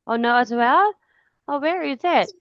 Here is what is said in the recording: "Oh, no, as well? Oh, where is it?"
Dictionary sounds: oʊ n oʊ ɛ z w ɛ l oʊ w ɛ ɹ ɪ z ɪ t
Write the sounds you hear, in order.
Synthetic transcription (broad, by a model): oʊ n oʊ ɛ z w ɛ l oʊ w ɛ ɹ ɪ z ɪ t